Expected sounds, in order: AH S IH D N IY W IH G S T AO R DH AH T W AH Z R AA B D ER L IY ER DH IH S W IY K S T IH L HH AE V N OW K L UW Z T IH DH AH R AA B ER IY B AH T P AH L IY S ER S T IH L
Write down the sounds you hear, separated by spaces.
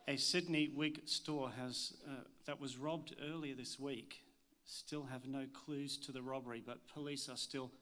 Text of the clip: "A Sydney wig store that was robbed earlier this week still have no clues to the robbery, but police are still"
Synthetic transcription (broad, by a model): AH S IH D N IY W IH G S T AO R DH AH T W AH Z R AA B D ER L IY ER DH IH S W IY K S T IH L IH V N OW K L UW Z T IH DH AH R AA B ER IY B AH T P AH L IY S ER S T IH L